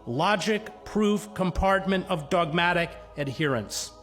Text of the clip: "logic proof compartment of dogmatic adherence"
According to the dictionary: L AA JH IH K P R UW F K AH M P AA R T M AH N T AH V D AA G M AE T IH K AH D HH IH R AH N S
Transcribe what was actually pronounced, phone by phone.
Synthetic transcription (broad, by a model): L AA JH IH K P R UW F K AH M P AA R T M AH N T AH V D AA G M AE T IH K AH D HH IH R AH N S